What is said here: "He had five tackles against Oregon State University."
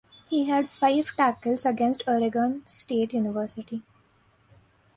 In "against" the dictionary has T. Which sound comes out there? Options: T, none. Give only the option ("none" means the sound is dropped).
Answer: T